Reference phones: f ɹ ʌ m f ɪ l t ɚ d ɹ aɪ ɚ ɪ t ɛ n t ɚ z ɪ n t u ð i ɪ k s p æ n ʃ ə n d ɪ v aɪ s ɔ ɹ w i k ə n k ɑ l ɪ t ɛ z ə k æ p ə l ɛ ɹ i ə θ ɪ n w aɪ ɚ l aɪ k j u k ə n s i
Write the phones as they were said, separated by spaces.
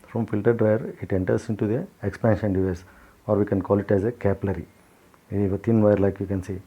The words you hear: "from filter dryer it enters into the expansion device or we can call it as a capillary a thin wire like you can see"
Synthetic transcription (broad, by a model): f ɹ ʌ m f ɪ l t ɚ d ɹ aɪ ɚ ɪ t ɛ n t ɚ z ɪ n t u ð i ɪ k s p æ n ʃ ə n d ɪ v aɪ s ɔ ɹ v i k ə n k ɑ l ɪ t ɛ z ə k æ p l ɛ ɹ i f t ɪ n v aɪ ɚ l aɪ k j u k ə n s i